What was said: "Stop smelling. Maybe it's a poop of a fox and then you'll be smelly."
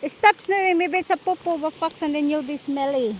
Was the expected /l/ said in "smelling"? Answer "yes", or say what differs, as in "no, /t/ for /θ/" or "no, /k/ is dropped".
no, /w/ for /l/